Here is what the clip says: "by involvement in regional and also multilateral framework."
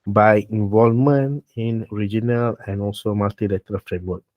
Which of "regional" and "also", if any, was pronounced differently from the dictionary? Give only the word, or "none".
none